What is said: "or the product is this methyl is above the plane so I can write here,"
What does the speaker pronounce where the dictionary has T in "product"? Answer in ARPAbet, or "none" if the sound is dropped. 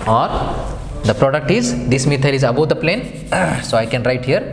T